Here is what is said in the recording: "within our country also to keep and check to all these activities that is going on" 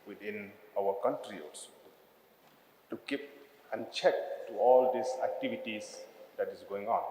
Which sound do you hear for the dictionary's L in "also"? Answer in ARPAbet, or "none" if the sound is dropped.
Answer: none